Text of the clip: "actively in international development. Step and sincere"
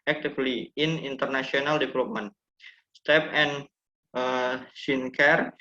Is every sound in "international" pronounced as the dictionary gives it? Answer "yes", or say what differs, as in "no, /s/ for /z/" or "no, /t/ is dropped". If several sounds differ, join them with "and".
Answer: no, /s/ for /ʃ/